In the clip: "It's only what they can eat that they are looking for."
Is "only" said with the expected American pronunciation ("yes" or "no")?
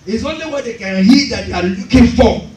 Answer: yes